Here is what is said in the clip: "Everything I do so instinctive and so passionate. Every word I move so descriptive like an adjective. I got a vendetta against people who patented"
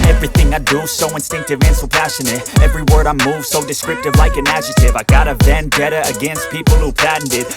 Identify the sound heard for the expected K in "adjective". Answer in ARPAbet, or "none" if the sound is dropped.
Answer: none